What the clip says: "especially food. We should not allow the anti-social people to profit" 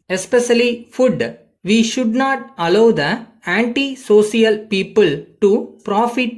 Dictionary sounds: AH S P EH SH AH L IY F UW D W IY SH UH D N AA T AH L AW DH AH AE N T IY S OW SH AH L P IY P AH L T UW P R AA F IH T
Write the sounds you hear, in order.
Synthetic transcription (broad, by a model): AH S P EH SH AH L IY F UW D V IY SH UH D N AA T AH L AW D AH AE N T IY S OW S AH L P IY P AH L T UW P R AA F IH T